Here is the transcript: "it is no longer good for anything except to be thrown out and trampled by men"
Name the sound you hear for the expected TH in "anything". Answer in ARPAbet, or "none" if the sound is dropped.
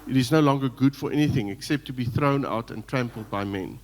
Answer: TH